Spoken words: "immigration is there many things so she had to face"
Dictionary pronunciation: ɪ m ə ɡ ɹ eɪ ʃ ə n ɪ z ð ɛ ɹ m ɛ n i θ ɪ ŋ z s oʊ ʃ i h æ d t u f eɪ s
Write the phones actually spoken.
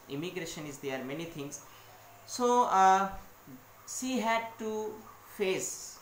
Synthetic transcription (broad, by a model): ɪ m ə ɡ ɹ eɪ ʃ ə n ɪ z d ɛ ɹ m ɛ n i t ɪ ŋ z s oʊ s i h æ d t u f eɪ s